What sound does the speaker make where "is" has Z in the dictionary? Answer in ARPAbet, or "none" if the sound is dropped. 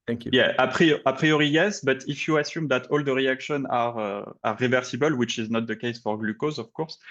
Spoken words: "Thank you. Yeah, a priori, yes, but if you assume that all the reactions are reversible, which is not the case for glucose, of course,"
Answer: Z